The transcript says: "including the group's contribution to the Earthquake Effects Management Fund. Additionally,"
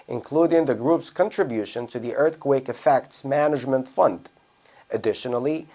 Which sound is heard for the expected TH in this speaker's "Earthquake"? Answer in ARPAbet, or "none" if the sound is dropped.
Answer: TH